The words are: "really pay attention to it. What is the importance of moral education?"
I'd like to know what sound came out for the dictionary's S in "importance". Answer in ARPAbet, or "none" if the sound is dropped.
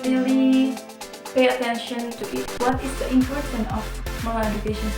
none